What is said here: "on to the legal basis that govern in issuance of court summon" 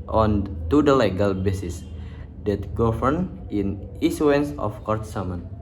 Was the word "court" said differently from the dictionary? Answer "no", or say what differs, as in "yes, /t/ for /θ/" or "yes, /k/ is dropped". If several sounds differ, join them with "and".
no